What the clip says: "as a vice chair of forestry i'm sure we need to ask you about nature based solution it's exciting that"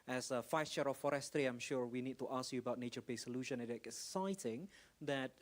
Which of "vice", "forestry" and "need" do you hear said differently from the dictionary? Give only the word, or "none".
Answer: vice